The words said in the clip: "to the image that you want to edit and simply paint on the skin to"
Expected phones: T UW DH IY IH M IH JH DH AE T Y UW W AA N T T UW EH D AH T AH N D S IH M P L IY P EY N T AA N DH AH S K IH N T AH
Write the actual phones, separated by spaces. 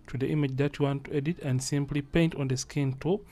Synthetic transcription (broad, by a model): T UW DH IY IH M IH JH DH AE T Y UW W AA N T T UW EH D AH T AH N D S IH M P L IY P EY N T AA N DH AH S K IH N T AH